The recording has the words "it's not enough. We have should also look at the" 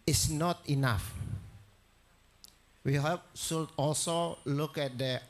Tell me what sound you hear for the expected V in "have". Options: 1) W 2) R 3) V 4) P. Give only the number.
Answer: 4